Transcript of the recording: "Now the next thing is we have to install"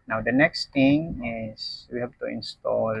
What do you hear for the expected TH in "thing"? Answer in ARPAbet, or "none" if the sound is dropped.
T